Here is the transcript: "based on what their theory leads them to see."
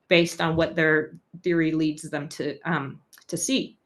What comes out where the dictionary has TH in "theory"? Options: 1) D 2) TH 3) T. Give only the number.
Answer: 2